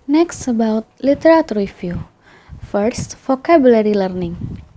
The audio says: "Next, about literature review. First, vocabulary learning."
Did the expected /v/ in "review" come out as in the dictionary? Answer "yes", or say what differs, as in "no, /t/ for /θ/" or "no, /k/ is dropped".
no, /f/ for /v/